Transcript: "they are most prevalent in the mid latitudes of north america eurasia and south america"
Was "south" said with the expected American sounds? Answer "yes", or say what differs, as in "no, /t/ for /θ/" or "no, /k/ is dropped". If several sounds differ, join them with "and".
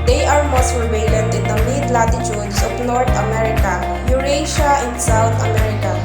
no, /t/ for /θ/